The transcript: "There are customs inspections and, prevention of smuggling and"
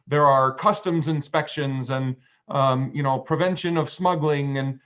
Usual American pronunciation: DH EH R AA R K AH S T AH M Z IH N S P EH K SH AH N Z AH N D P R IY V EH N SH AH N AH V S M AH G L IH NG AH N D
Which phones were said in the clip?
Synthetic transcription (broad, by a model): DH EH R AA R K AH S T AH M Z IH N S P EH K SH AH N Z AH N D P R IY V EH N SH AH N AH V S M AH G L IH NG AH N